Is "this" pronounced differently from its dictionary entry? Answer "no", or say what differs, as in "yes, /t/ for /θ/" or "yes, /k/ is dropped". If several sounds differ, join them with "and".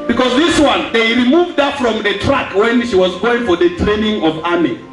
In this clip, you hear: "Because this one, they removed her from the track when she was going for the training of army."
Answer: no